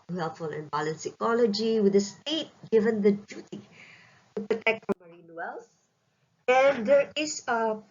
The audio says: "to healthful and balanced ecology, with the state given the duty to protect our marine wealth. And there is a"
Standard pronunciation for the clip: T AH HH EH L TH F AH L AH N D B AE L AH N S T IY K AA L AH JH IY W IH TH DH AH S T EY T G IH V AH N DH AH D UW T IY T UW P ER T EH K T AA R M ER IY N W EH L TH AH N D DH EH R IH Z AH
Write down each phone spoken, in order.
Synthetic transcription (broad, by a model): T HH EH L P F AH L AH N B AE L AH N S IY K AA L AH JH IY W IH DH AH S T EY T G IH V AH N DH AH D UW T IY T UW P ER T EH K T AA M ER IY N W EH L S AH N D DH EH R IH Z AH